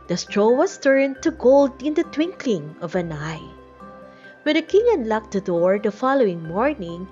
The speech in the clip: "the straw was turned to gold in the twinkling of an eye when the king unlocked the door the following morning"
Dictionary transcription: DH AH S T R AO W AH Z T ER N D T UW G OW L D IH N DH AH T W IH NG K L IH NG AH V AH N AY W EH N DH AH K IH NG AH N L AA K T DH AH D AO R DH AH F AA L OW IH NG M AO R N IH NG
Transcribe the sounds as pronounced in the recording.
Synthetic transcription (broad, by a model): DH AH S T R AO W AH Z T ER N T UW G OW L D IH N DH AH T W IH NG K L IH NG AH V AH N AY W EH N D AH K IH NG AH N L AA K T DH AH D AO R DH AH F AA L OW IH NG M AO R N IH NG